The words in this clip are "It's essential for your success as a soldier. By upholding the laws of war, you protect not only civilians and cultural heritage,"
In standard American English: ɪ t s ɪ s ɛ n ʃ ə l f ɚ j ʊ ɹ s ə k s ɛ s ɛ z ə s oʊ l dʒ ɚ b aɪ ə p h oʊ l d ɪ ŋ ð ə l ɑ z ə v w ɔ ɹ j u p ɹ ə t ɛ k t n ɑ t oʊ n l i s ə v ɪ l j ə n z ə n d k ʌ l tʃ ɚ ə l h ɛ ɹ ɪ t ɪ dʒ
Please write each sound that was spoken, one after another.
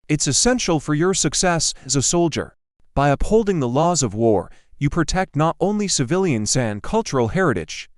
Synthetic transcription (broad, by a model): ɪ t s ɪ s ɛ n ʃ l f ɚ j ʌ ɹ s ə k s ɛ s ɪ z ə s oʊ l dʒ ɚ b aɪ ə p h oʊ l d ɪ ŋ ð ə l ɑ z ə v w ɔ ɹ j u p ɹ ə t ɛ k t n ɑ t oʊ n l i s ə v ɪ l j ə n z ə n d k ʌ l tʃ ɚ l h ɛ ɹ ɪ t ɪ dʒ